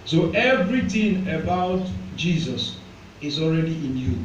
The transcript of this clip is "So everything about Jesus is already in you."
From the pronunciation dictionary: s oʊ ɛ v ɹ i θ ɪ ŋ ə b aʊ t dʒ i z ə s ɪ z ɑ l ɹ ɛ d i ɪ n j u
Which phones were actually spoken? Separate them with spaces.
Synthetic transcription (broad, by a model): s oʊ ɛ v ɹ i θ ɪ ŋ ə b aʊ t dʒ i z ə s ɪ z ɑ l ɹ ɛ d i ɪ n j u